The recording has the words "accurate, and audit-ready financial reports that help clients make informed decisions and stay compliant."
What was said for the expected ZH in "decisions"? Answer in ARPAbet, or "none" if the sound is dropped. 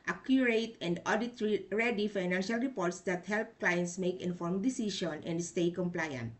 SH